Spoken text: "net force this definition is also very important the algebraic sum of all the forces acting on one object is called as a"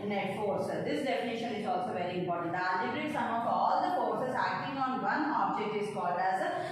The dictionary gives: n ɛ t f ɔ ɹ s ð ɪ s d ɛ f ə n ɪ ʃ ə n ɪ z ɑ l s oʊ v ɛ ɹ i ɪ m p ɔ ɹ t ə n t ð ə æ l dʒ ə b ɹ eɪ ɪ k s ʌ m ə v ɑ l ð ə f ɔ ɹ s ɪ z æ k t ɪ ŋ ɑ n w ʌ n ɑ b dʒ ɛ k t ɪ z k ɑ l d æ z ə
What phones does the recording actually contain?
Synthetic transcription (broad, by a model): n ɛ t f ɔ ɹ s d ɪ s d ɛ f ə n ɪ ʃ ə n ɪ z ɑ l s oʊ v ɛ ɹ i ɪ m p ɔ ɹ t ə n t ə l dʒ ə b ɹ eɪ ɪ s ʌ m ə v ɑ l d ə p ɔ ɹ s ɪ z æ k t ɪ ŋ ɑ n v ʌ n ɑ b dʒ ɛ k t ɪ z k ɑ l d æ z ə